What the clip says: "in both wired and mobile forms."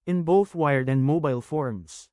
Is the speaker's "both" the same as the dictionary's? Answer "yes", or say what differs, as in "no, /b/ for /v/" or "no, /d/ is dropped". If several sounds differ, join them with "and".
yes